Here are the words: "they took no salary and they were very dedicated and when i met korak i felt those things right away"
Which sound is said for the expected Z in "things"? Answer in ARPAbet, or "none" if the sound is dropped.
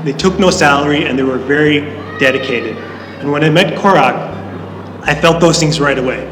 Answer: Z